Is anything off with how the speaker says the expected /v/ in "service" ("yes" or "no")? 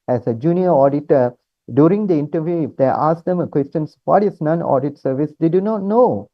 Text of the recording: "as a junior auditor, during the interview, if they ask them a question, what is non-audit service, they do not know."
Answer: no